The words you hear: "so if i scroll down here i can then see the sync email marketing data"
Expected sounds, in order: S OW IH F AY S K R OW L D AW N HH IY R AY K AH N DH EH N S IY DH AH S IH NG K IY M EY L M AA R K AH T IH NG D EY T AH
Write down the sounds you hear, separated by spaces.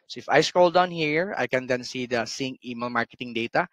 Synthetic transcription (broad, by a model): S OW IH F AY S K OW L D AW N HH IY R AY K AH N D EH N S IY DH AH S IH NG IY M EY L M AA R K AH T IH NG D EY T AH